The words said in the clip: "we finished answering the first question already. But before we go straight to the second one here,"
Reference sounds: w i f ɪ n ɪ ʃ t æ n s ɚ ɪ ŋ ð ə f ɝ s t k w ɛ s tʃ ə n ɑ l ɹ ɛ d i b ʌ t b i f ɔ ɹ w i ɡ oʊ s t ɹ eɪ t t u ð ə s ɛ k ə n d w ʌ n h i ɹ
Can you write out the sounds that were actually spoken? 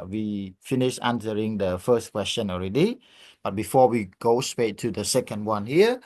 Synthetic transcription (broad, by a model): w i f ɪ n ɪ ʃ ɑ n s ɚ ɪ ŋ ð ə f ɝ s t k w ɛ s tʃ ə n ɑ l ɹ ɛ d i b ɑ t b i f ɔ w i ɡ oʊ s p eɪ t t u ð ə s ɛ k ə n d w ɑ n h i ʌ